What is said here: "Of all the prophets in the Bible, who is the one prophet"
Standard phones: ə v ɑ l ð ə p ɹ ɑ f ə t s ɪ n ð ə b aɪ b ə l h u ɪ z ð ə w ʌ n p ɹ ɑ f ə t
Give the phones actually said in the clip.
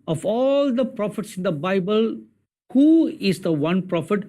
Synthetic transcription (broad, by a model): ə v ɑ l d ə p ɹ ɑ f ə t s ɪ n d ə b aɪ b ə l h u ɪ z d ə w ʌ n p ɹ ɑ f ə t